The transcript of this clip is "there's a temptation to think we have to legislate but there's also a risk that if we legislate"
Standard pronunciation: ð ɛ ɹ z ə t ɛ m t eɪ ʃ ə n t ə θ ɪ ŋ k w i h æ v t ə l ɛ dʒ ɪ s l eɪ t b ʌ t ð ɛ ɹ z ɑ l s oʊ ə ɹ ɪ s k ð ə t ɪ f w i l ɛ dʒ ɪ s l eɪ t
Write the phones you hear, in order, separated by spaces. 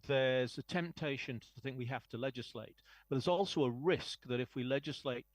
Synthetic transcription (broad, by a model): ð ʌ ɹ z ə t ɛ m t eɪ ʃ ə n t ə θ ɪ ŋ k w i h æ f t ə l ɛ dʒ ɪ s l eɪ t b ʌ t ð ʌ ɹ z ɑ l s oʊ ə ɹ ɪ s k ð ə t ɪ f w i l ɛ dʒ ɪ s l eɪ t